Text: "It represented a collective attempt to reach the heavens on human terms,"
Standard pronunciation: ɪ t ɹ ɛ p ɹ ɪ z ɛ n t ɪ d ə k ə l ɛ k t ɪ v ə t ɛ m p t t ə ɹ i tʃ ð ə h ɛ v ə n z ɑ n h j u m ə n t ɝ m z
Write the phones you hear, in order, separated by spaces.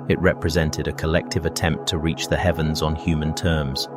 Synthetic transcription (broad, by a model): ɪ t ɹ ɛ p ɹ ɪ z ɛ n t ɪ d ə k ə l ɛ k t ɪ v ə t ɛ m p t t ə ɹ i tʃ ð ə h ɛ v ə n z n h j u m ə n t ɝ m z